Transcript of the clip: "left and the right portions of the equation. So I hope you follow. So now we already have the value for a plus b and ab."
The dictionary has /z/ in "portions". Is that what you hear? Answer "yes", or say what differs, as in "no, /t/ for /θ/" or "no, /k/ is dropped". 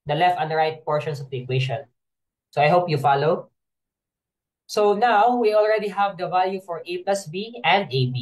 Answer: no, /s/ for /z/